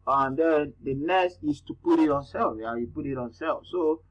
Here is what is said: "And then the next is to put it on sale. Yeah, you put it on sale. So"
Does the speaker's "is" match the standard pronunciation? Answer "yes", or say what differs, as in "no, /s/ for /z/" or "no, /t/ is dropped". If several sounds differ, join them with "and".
no, /s/ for /z/